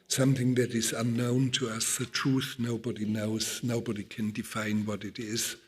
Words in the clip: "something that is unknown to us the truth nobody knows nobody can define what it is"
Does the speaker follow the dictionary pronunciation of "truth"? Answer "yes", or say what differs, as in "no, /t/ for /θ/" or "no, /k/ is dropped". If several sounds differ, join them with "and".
yes